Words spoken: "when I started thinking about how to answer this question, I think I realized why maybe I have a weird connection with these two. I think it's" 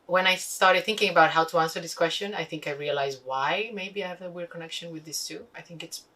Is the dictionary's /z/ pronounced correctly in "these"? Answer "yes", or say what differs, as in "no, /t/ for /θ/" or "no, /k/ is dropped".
no, /s/ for /z/